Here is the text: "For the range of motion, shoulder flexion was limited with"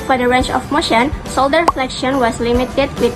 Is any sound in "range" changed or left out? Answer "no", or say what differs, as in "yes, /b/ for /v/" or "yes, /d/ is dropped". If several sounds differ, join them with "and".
yes, /tʃ/ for /dʒ/